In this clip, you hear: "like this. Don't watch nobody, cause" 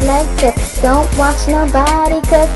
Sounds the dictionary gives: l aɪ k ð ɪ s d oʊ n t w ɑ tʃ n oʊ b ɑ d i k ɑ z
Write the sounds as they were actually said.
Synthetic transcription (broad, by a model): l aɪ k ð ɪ d oʊ n t w ɑ tʃ n oʊ b ɑ d i k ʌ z